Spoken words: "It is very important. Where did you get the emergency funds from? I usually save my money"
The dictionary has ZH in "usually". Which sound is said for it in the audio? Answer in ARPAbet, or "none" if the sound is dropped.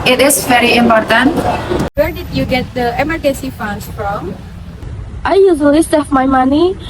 Z